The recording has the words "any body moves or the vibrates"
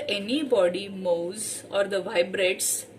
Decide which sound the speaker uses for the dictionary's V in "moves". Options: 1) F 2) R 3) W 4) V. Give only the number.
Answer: 3